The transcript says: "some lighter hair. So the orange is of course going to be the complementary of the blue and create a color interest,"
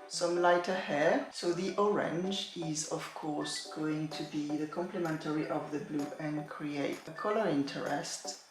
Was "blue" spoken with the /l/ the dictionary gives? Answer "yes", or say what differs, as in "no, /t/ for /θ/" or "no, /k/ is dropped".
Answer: yes